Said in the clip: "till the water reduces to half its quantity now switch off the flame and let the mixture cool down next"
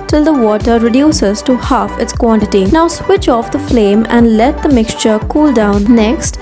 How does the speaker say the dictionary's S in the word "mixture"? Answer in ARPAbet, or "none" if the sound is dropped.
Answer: S